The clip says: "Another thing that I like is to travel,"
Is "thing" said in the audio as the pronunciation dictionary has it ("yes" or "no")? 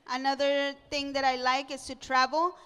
no